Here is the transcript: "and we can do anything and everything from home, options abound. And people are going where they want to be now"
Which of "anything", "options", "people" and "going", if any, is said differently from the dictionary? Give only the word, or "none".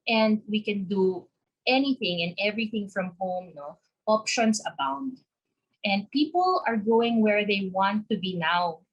options